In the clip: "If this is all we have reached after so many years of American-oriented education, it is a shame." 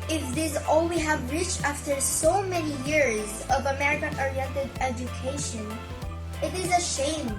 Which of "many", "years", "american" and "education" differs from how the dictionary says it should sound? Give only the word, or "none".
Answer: none